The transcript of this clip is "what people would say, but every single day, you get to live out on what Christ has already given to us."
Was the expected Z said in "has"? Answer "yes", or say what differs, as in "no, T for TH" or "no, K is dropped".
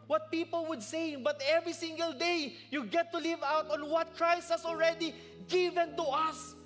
no, S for Z